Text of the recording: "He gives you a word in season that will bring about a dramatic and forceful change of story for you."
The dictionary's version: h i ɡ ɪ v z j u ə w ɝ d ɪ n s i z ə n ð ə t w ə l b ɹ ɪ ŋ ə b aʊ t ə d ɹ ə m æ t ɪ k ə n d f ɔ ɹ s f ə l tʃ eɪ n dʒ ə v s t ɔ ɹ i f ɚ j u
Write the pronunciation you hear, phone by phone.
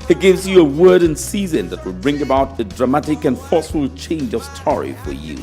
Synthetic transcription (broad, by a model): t ɡ ɪ v z j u ə w ɝ d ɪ n s i z ə n ð ə t w ə l b ɹ ɪ ŋ ə b aʊ t ə d ɹ ə m æ t ɪ k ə n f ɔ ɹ s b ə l tʃ eɪ n dʒ ə v s t ɔ ɹ i f ɚ j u